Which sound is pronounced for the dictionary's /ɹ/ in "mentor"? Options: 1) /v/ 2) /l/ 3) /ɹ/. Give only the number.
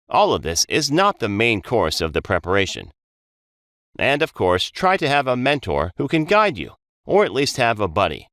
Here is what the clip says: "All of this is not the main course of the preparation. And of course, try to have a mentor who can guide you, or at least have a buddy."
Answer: 3